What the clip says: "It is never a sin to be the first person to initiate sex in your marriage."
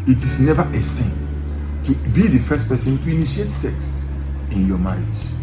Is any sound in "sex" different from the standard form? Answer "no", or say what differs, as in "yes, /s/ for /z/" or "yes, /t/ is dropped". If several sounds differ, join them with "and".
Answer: no